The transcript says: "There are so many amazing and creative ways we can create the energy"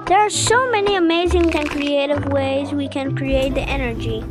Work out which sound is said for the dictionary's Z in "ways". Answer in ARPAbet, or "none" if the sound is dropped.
Z